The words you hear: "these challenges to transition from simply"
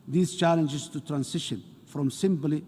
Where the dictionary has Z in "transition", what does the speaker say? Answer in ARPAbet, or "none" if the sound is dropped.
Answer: S